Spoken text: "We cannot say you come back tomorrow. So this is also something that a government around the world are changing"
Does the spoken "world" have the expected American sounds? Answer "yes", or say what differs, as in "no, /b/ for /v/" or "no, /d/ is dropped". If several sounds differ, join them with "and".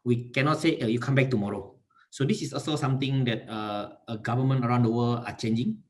no, /d/ is dropped